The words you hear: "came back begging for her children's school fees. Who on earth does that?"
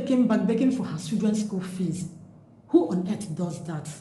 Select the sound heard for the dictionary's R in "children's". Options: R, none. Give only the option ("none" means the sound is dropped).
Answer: none